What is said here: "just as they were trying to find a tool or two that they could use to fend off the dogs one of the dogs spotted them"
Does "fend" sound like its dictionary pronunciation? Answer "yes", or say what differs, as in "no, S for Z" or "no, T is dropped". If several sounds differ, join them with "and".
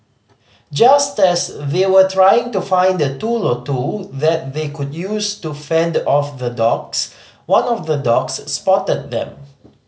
yes